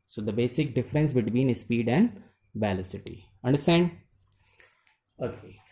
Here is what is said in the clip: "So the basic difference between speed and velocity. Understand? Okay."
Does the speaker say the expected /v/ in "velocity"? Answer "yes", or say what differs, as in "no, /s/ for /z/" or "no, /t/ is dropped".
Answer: no, /b/ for /v/